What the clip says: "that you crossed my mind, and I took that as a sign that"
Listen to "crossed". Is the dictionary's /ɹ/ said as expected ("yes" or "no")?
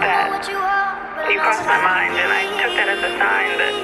no